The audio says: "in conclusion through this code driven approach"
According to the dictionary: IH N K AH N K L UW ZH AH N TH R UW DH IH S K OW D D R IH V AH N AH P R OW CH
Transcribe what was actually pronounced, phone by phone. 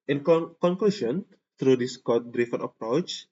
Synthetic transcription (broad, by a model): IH N K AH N K L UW SH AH N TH R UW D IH S K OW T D R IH F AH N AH P R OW CH